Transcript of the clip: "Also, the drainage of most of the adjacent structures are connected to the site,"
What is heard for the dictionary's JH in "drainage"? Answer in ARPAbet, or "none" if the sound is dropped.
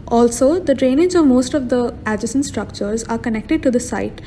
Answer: Z